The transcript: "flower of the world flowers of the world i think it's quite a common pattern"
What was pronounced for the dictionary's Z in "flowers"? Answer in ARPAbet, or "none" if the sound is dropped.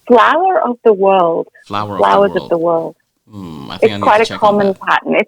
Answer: Z